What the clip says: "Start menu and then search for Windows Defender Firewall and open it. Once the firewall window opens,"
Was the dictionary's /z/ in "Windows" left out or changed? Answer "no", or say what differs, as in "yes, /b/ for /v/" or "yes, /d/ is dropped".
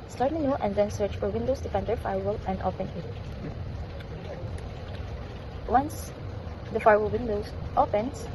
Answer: yes, /s/ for /z/